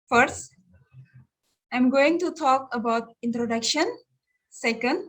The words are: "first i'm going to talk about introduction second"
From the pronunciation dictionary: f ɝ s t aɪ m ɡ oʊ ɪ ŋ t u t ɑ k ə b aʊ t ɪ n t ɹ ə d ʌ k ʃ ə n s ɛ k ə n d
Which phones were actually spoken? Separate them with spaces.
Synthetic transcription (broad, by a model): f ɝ s t aɪ m ɡ oʊ ɪ ŋ t u t ɑ k ə b aʊ t ɪ n t ɹ ə d ʌ k ʃ ə n s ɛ k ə n d